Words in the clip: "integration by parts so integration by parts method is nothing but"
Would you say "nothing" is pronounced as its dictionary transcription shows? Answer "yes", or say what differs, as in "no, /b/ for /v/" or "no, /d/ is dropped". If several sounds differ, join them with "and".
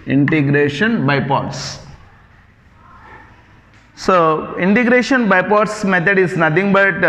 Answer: no, /t/ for /θ/